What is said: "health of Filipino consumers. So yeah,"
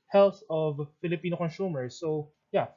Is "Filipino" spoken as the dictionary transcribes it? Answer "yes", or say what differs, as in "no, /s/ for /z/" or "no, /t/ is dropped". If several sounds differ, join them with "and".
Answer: yes